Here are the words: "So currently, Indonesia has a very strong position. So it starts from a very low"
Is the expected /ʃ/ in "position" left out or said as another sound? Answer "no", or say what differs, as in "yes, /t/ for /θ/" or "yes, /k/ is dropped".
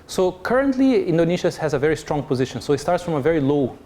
no